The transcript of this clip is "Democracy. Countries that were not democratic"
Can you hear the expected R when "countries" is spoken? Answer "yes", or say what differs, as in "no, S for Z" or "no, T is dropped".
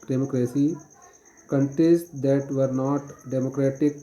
no, R is dropped